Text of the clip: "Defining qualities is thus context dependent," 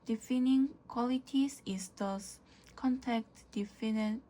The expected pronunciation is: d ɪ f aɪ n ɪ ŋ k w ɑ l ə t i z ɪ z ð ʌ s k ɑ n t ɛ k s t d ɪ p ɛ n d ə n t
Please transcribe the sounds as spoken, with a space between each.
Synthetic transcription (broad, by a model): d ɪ f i n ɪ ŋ k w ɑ l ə t i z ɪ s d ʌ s k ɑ n t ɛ k t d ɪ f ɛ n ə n